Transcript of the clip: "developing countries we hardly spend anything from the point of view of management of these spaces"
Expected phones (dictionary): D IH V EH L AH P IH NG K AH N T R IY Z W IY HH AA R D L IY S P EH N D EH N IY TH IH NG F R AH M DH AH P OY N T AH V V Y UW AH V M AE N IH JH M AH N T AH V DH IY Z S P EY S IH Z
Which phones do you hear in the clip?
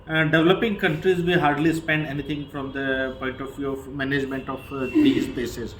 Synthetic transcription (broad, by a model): D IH V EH L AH P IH NG K AH N T R IY Z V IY HH AA R D L IY S P EH N D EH N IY T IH NG F R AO M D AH P OY N T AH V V Y UW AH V M AE N IH JH M AH N T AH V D IY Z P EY S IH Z